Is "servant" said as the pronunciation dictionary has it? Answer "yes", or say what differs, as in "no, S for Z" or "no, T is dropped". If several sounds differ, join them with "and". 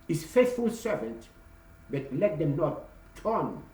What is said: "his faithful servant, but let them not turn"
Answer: yes